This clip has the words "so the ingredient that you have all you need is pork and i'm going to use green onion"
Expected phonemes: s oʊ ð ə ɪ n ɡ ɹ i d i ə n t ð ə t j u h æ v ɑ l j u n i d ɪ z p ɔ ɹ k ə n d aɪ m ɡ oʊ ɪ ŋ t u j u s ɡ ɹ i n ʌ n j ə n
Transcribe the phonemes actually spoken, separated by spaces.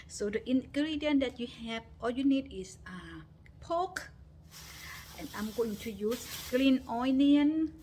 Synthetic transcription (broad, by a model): s oʊ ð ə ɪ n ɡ ɹ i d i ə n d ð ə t j u h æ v ɑ l j u n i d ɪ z p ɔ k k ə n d aɪ m ɡ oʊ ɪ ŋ t u j u s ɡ l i n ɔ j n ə n